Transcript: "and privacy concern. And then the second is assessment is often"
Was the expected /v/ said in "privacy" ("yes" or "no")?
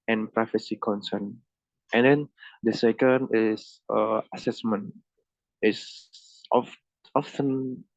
no